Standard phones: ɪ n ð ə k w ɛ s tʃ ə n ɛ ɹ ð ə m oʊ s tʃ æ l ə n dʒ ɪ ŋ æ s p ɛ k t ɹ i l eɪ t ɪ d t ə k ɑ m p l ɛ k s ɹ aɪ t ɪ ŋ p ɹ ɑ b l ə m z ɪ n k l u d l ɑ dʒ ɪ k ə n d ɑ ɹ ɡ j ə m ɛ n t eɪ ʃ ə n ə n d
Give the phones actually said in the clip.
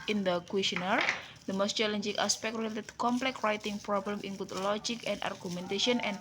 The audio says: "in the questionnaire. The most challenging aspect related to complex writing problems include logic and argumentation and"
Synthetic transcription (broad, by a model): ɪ n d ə k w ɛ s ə n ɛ ɹ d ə m oʊ s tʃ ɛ l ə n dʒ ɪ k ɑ s p ɛ k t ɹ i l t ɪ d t k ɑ m p l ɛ k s ɹ aɪ t ɪ ŋ p ɹ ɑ b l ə m ɪ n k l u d l ɑ dʒ ɪ k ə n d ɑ ɹ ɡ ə m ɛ n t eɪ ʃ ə n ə n